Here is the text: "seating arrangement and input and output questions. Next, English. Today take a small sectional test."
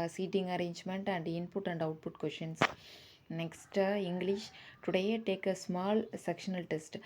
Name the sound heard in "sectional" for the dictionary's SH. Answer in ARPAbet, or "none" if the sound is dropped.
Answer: SH